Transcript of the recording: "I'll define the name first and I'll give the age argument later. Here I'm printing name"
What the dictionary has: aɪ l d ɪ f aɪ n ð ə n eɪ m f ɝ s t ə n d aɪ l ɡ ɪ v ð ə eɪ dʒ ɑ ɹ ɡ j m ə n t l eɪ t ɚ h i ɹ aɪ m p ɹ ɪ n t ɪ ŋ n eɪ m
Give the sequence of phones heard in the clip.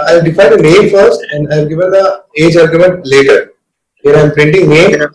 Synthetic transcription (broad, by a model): aɪ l d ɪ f aɪ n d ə n eɪ m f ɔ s ə n d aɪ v ɡ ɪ v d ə eɪ dʒ ɑ ɹ ɡ j m ə n t l eɪ t ɚ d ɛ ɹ aɪ m p ɹ ɪ n t ɪ ŋ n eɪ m